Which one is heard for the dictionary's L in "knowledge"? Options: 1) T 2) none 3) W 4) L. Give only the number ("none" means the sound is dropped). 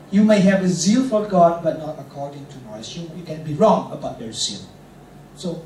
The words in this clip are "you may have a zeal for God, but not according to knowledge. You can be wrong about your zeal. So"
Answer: 2